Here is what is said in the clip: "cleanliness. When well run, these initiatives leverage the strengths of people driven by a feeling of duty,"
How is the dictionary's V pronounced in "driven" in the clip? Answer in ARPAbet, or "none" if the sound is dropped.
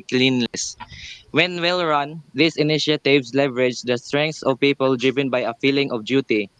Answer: V